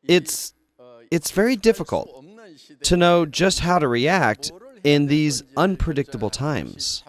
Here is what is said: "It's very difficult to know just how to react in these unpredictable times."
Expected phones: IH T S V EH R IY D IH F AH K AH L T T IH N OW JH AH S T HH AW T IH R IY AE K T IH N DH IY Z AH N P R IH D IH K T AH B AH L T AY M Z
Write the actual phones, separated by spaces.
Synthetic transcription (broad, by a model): IH T S V EH R IY D IH F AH K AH L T T IH N OW JH AH S T HH AW T IH R IY AE K T IH N DH IY Z AH N P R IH D IH K T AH B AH L T AY M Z